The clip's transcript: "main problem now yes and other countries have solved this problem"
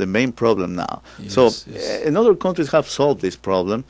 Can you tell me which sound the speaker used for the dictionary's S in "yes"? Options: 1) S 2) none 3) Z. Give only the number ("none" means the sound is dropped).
2